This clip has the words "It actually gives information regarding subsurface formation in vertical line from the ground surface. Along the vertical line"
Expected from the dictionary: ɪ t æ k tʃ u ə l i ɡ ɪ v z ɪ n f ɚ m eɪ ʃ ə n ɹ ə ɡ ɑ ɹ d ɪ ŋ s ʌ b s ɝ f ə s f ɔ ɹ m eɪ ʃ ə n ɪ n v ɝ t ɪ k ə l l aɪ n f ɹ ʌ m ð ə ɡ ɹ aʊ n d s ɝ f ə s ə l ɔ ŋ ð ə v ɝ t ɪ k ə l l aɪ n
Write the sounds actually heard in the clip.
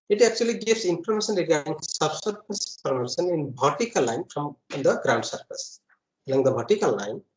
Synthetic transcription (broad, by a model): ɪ t æ k tʃ u ə l i ɡ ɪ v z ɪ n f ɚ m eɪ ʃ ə n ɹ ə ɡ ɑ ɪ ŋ s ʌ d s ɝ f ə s p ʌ ɹ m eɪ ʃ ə n ɪ n b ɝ t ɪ k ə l l aɪ n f ɹ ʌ m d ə ɡ ɹ aʊ n d s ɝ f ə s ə l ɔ ŋ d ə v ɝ t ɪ k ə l l aɪ n